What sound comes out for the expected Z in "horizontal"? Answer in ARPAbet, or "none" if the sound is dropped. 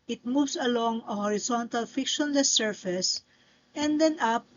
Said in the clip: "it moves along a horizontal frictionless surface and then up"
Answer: S